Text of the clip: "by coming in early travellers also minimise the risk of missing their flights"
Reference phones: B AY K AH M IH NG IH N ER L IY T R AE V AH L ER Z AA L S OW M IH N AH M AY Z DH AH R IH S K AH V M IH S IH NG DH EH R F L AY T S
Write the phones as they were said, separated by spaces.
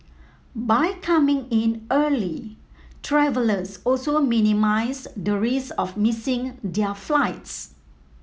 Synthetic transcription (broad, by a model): B AY K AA M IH NG IH N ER L IY T R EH V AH L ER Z AA L S OW M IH N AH M AY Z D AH R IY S AH F M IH S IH NG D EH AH F L AY T S